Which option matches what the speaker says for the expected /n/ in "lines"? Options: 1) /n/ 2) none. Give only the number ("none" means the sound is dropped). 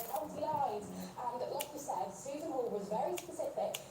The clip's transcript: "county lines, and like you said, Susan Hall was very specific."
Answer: 2